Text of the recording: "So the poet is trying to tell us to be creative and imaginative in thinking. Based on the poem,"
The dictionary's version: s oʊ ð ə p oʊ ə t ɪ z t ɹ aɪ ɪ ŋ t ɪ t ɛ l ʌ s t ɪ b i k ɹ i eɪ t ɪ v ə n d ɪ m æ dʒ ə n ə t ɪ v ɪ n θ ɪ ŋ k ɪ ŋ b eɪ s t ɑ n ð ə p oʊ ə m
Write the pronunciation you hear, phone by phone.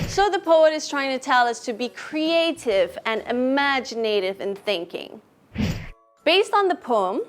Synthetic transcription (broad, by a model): s oʊ ð ə p oʊ ə t ɪ z t ɹ aɪ ɪ ŋ t ɪ t ɛ l ʌ s t ɪ b i k ɹ i eɪ t ɪ v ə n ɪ m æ dʒ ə n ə t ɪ v ɪ n θ ɪ ŋ k ɪ ŋ b eɪ s t n ð ə p oʊ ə m